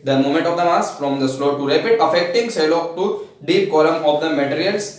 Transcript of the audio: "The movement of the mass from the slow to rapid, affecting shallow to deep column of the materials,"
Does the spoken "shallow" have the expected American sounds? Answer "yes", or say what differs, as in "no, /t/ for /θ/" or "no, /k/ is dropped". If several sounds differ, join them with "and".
no, /s/ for /ʃ/